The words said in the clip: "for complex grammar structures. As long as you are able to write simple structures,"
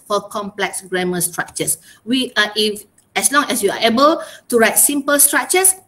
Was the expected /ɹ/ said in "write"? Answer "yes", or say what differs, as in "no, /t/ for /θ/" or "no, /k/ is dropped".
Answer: yes